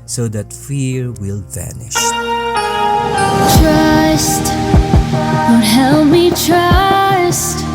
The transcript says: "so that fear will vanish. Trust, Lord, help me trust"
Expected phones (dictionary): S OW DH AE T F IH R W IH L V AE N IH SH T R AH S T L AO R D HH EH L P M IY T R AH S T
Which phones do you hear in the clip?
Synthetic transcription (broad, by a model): S OW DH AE T F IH R W IH L V AE N IH SH T R AH S T W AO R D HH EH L M IY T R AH S T